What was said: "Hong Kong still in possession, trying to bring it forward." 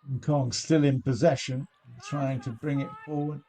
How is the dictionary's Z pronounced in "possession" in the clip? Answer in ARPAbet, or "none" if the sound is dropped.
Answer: Z